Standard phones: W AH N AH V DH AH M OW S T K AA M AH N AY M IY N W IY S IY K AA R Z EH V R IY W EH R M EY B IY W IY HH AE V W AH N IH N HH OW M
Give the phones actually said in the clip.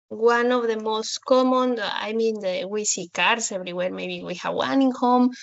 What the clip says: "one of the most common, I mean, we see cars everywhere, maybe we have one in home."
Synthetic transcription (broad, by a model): W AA N AH V DH AH M OW S T K AA M AH N AY M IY N W IY S IY K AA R S EH V R IY W EH R M EY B IY W IY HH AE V W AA N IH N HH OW M